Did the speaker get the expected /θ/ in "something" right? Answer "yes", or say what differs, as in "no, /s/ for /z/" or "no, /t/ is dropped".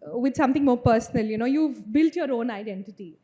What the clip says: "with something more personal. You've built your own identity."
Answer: no, /t/ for /θ/